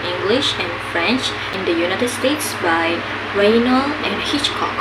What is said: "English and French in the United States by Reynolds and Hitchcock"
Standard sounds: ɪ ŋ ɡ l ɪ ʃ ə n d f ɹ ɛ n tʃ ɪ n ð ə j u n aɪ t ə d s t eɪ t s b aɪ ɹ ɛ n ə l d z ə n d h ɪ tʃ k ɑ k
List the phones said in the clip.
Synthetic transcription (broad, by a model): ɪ ŋ ɡ l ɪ ʃ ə n f ɹ ɛ n tʃ ɪ n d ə j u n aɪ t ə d s t eɪ t s b aɪ ɹ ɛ n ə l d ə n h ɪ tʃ k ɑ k